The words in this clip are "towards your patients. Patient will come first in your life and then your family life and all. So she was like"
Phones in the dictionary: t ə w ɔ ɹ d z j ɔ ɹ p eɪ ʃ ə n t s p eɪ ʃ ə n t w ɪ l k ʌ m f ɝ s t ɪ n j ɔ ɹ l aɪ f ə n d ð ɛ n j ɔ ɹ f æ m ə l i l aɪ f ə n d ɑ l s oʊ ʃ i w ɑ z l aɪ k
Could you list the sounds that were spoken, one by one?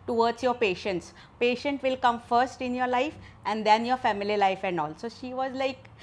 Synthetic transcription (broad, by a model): t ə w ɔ ɹ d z j ɔ ɹ p eɪ ʃ ə n t s p eɪ ʃ ə n t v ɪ l k ʌ m f ɝ s t ɪ n j ɔ ɹ l aɪ f ə n d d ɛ n j ɔ ɹ f æ m ə l i l aɪ f ə n d ɑ l s oʊ ʃ i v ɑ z l aɪ k